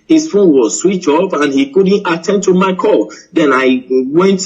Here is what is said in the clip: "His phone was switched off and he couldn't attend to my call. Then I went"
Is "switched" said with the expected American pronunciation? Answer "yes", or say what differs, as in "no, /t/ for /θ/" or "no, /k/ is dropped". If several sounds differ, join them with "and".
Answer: no, /t/ is dropped